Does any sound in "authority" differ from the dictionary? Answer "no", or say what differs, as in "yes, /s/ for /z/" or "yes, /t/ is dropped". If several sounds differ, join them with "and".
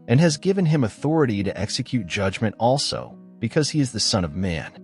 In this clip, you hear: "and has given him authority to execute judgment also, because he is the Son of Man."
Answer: no